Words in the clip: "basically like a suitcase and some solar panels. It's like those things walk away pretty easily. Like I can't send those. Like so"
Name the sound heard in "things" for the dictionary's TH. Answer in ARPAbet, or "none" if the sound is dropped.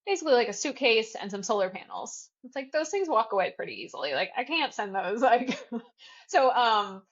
TH